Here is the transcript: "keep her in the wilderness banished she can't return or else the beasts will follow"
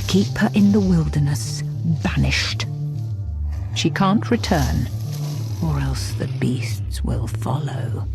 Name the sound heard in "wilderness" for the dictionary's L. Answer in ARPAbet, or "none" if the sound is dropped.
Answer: L